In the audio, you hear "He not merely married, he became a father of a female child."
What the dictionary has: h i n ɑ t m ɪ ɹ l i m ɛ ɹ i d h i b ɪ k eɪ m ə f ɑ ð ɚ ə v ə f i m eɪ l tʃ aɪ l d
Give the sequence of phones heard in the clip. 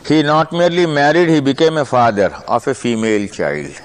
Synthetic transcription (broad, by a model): h i n ɑ t m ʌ ɹ l i m ɛ ɹ i d h i b ɪ k eɪ m ə f ɑ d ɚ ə f ə f i m eɪ l tʃ aɪ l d